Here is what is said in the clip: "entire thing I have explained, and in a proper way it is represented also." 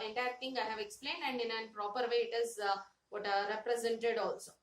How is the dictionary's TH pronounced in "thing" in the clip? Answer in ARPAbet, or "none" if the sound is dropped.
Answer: T